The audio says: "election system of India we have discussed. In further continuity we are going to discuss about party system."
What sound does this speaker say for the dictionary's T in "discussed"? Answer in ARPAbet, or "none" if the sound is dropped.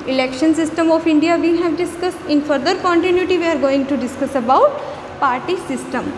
T